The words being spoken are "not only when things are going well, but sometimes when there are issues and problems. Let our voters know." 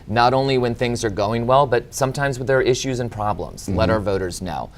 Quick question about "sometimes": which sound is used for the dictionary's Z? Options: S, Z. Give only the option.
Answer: Z